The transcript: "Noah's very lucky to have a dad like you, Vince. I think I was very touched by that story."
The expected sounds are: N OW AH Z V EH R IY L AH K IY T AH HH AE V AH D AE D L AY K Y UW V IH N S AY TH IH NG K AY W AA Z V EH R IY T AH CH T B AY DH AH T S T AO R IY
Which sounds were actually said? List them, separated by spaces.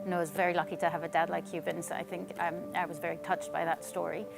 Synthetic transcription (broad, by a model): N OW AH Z V EH R IY L AH K IY T AH V AH D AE D L AY K Y UW B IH N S AY TH IH NG K AY W AA Z V EH R IY T AH CH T B AY DH AH T S T AO R IY